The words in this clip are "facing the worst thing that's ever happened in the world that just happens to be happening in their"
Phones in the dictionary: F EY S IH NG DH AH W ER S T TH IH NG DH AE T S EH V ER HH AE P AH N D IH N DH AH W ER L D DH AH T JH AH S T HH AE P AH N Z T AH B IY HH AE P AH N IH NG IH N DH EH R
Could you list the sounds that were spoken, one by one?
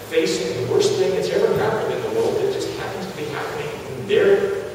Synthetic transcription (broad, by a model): F EY S IH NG DH AH W ER S T TH IH NG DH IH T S EH V ER HH AE P AH N D IH N DH AH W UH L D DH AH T JH AH S T HH AE P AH N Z T AH B IY HH AE P AH N IH NG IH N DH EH R